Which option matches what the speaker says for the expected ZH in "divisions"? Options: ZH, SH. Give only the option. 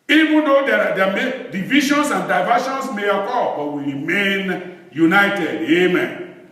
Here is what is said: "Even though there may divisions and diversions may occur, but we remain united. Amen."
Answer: SH